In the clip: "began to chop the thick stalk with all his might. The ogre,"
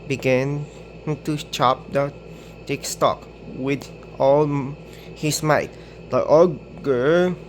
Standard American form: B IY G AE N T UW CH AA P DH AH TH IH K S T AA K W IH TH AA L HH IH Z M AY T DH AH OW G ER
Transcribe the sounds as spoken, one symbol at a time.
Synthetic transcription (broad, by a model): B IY G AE N T UW CH AA P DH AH T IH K S T AA K W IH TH AA L HH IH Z M AY T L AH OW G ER